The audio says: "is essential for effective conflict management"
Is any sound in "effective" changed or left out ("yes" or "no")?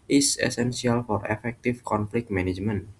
yes